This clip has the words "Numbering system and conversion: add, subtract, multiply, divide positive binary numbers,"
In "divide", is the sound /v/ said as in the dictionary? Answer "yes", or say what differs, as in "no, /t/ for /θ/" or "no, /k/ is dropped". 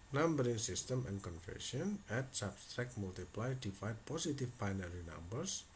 no, /f/ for /v/